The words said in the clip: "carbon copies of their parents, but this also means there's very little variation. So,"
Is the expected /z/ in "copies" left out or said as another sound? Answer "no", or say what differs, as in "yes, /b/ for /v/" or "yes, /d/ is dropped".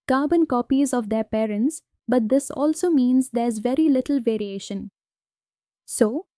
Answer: no